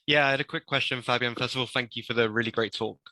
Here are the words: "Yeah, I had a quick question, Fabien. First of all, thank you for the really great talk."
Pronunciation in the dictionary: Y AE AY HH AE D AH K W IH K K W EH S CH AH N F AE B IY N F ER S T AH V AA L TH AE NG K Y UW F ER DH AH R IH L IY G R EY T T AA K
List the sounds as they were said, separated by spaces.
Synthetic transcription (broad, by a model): Y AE AY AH D AH K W IH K K W EH S CH AH N F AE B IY N F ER S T AH V AA L TH AE NG K Y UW F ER DH AH R IH L IY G R EY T T AA K